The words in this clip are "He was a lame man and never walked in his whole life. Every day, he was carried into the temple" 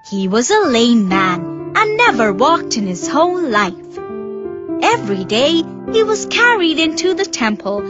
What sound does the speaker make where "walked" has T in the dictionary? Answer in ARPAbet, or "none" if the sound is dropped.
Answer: T